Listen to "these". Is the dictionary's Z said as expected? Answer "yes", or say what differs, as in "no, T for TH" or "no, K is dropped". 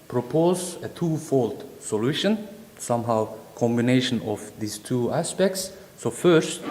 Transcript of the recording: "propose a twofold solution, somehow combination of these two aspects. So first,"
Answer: no, S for Z